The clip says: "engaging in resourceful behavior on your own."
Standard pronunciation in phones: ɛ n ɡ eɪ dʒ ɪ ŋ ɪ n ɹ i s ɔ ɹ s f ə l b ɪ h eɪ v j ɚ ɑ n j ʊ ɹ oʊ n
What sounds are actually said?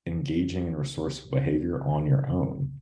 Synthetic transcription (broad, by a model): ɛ n ɡ eɪ dʒ ɪ ŋ ɪ n ɹ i s ɔ ɹ s ə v b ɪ h eɪ v j ɚ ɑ n j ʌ ɹ oʊ n